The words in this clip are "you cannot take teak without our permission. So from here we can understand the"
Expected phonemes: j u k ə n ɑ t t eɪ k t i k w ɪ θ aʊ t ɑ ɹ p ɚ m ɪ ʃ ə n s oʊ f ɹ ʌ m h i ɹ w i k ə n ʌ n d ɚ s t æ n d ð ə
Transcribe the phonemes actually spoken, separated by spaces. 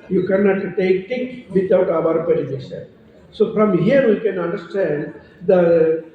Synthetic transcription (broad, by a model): j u k ə n ɑ t t eɪ k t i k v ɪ t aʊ t ɑ ɹ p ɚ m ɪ s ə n s oʊ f ɹ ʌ m h i ɹ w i k ə n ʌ n d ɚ s t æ n d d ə